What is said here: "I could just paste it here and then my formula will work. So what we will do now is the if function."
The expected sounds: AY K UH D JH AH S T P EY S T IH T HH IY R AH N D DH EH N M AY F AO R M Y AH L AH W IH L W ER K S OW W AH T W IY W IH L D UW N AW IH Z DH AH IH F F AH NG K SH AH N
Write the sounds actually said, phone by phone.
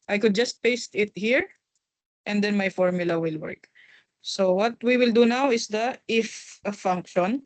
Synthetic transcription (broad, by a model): AY K UH D JH AH S T P EY S T IH T HH IY R AH N D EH N M AY F AO R M Y AH L AH W IH L W ER K S OW W AH T W IY W IH L D UW N AW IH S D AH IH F F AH NG K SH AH N